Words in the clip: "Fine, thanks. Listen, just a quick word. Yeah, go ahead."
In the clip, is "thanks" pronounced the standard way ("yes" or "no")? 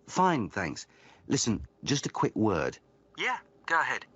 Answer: yes